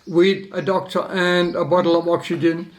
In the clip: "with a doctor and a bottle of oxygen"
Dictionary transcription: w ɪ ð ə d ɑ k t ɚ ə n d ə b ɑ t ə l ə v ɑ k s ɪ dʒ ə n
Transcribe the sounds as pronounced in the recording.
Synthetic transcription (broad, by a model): w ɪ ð ə d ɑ k t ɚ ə n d ə b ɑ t l ə v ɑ k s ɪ dʒ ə n